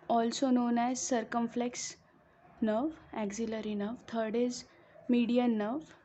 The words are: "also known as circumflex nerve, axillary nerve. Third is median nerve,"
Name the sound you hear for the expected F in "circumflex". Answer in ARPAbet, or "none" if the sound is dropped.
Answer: F